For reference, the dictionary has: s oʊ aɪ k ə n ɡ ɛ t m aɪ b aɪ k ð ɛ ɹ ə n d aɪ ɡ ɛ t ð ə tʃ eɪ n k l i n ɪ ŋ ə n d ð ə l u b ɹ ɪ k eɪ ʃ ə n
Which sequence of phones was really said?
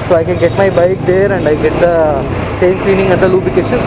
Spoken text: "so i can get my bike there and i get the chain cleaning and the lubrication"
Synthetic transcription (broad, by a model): s oʊ aɪ k ə n ɡ ɛ t m aɪ b aɪ k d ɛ ɹ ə n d aɪ ɡ ɛ t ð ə s eɪ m k l i n ɪ ŋ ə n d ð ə l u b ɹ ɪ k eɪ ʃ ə n